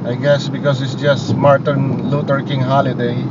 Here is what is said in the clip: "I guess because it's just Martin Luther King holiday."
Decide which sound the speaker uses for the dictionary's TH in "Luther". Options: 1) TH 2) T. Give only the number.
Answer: 2